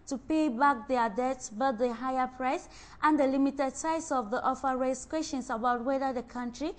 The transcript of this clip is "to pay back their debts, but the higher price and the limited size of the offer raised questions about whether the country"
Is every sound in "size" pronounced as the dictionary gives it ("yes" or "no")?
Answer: no